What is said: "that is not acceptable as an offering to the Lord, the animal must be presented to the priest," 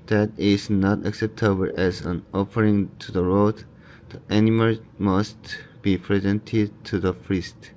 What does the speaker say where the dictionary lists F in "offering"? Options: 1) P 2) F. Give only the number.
2